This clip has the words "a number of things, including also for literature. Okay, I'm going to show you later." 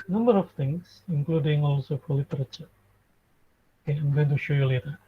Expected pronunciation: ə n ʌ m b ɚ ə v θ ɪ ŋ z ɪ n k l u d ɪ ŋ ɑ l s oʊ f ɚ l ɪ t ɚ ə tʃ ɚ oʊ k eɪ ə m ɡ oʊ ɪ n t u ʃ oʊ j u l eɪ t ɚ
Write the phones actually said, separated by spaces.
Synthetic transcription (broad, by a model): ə n ʌ m b ɚ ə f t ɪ ŋ s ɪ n k l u d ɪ ŋ ɑ l s oʊ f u l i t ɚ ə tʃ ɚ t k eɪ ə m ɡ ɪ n t u ʃ oʊ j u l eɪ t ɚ